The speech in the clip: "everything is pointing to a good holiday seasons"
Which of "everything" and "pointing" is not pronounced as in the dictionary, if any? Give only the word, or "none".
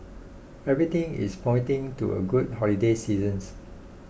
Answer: everything